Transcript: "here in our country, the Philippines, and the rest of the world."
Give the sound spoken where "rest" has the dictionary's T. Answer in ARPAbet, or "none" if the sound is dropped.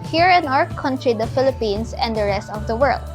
T